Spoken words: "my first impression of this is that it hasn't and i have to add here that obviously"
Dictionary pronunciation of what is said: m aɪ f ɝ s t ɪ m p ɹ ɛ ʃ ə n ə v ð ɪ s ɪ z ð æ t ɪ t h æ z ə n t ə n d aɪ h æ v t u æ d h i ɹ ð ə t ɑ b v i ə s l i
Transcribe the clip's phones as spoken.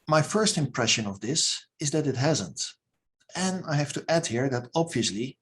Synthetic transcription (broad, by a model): m aɪ f ɝ s t ɪ m p ɹ ɛ ʃ ə n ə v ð ɪ s ɪ z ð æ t ɪ t h æ z ə n t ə n aɪ h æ f t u æ d h i ɹ ð ə t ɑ b v i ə s l i